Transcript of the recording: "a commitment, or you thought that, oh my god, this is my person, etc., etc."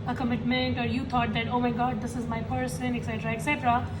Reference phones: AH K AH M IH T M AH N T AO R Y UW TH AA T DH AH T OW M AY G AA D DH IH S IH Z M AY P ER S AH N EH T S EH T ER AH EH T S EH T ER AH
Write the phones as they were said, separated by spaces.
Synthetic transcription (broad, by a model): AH K AH M IH T M AH N T AO R Y UW T AA T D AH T OW M AY G AA D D IH S IH Z M AY P ER S AH N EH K S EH T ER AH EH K S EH T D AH